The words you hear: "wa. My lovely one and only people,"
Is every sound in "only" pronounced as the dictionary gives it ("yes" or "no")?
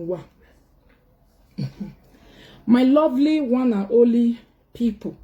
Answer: no